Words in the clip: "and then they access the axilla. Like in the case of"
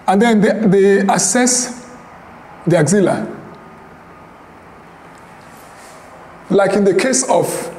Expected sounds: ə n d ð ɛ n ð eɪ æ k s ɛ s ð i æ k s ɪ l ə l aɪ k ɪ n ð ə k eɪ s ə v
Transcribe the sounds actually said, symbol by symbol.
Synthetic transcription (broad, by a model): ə n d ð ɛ n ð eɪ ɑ s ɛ s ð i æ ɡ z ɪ l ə l aɪ k ɪ n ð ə k eɪ s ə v